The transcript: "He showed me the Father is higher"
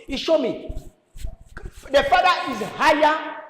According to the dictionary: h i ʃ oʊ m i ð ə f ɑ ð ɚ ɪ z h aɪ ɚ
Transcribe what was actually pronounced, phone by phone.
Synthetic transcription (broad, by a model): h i ʃ oʊ m i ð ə f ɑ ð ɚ ɪ z h aɪ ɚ